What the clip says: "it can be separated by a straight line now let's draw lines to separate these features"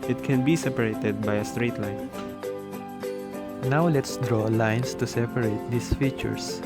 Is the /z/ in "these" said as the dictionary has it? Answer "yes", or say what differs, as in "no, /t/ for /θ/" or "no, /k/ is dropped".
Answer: no, /s/ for /z/